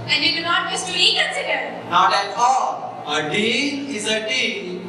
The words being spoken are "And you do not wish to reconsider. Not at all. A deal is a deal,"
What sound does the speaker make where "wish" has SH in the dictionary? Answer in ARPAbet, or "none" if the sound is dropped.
S